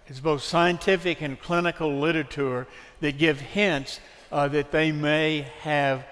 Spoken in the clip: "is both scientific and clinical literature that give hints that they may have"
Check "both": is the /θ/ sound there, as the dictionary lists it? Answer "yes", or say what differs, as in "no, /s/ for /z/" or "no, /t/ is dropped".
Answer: yes